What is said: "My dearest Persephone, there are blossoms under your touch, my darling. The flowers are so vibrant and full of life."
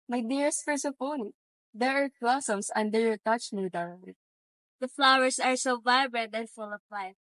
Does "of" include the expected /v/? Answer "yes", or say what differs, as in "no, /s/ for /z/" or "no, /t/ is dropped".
no, /p/ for /v/